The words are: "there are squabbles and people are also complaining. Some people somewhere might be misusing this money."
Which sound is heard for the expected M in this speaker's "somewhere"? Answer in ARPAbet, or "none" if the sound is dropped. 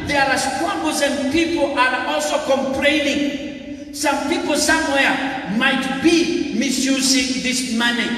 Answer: M